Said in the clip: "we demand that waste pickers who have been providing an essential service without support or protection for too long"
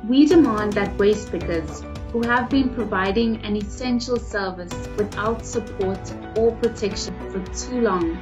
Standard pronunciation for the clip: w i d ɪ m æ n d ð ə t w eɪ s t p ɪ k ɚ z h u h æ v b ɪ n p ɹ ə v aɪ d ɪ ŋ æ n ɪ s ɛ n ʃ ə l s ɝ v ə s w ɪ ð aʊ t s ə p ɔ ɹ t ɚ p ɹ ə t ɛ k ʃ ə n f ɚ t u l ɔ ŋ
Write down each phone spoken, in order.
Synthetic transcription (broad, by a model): w i d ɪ m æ n d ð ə t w eɪ s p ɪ k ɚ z h u h æ v b ɪ n p ɹ ə v aɪ d ɪ ŋ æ n ɪ s ɛ n ʃ ə l s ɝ v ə s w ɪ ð aʊ t s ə p ɔ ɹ t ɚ p ɹ ə t ɛ k ʃ ə n f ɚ t u l ɔ ŋ